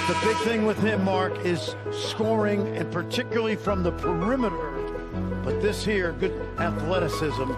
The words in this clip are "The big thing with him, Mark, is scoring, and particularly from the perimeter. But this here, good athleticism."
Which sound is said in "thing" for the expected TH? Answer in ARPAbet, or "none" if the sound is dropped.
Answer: TH